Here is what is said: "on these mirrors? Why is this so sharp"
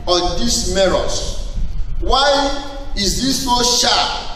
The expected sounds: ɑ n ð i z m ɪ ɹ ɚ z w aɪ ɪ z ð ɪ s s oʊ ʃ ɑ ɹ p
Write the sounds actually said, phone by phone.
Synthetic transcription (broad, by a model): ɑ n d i s m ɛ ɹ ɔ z w aɪ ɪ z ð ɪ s s oʊ ʃ ɑ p